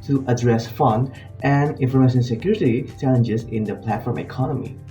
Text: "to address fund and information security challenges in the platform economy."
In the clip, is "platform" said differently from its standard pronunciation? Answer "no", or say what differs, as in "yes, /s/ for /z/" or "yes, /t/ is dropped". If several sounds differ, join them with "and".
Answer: no